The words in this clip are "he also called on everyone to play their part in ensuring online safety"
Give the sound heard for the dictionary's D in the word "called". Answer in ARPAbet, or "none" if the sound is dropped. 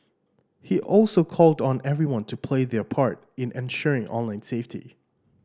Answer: D